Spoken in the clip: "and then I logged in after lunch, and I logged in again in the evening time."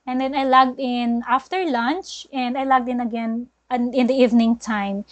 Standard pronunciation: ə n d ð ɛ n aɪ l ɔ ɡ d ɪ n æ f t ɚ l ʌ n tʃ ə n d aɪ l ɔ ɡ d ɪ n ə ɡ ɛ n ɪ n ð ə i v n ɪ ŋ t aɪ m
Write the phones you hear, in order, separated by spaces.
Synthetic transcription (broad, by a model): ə n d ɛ n aɪ l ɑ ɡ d ɪ n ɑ f t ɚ l ʌ n tʃ ə n d aɪ l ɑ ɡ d ɪ n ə ɡ ɛ n ɪ n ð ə i v n ɪ ŋ t aɪ m